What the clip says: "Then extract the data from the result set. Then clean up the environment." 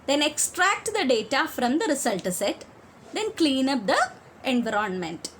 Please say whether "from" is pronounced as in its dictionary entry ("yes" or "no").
yes